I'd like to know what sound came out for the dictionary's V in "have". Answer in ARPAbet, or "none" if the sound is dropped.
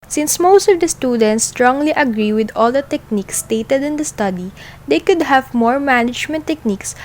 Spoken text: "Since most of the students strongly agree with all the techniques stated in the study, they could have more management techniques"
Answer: V